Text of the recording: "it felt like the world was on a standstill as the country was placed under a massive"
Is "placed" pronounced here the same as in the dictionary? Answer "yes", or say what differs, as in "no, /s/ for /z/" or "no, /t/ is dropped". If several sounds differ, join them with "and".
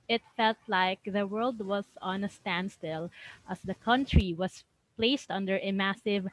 yes